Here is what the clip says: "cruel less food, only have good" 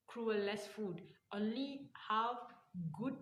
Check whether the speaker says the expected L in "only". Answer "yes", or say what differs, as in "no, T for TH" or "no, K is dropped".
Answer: yes